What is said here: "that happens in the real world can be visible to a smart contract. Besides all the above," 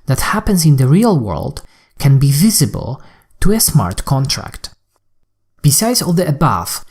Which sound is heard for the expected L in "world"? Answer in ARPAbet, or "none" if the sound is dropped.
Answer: L